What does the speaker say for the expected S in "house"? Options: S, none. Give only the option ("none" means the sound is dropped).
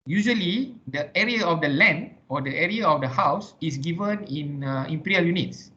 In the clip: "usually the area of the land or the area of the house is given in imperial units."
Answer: S